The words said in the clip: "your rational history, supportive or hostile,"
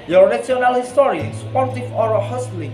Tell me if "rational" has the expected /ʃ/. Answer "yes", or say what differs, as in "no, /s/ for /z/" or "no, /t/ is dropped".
no, /s/ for /ʃ/